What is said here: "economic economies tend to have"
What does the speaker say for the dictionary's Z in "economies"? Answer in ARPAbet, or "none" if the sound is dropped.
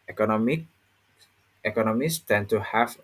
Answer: S